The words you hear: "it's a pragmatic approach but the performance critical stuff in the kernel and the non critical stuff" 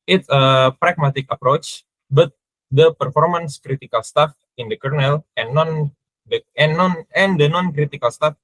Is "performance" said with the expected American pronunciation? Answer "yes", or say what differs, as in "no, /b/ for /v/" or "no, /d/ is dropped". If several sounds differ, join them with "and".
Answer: yes